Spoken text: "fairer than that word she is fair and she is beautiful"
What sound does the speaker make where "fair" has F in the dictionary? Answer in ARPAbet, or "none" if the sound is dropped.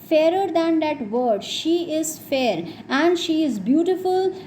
F